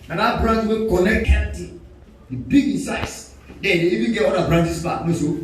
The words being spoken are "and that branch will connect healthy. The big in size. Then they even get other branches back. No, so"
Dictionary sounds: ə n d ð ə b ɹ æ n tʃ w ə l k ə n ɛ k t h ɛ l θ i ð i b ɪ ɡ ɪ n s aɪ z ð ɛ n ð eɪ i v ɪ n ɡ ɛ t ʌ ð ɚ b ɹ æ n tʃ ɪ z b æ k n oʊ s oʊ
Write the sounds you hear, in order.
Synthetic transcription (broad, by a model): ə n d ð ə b ɹ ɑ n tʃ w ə n k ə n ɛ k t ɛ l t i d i b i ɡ ɪ n s aɪ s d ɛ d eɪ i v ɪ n ɡ ɛ t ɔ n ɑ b ɹ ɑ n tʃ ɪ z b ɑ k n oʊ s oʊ